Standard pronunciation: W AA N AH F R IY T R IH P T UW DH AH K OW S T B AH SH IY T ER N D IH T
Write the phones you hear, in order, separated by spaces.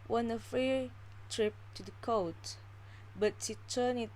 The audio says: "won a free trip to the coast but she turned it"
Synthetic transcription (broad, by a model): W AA N AH F R IY T R IH P T UW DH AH K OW T B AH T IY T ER N IH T